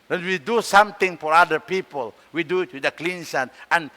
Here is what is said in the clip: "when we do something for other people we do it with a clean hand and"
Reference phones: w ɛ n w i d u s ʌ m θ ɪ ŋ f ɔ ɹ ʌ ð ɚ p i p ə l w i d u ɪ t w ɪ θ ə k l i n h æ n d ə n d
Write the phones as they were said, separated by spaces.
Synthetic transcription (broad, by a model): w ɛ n w i d u s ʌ m t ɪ ŋ f ɔ ɹ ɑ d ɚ p i p ə l w i d u ɪ t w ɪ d ə k l i n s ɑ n ə n